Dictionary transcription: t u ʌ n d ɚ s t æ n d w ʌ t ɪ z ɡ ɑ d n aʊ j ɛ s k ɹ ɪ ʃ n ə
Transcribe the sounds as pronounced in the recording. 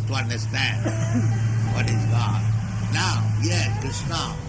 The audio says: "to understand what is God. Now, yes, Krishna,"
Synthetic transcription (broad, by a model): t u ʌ n d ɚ s t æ n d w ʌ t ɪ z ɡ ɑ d n aʊ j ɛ k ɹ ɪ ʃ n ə